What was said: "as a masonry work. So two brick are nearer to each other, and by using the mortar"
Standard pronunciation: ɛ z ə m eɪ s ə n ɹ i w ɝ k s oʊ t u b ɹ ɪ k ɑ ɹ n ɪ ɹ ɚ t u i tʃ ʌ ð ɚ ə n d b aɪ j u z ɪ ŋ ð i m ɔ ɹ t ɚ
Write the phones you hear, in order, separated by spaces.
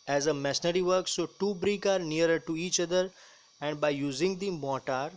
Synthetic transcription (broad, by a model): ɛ z ə m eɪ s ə ɹ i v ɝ k s oʊ t u b ɹ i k ɑ ɹ n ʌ ɹ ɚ t u i tʃ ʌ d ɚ ə n d b aɪ j u z ɪ ŋ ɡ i m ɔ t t